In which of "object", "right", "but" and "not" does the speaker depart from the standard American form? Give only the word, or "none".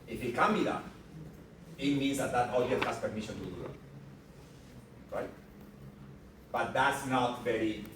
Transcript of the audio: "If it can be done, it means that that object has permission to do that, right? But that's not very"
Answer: object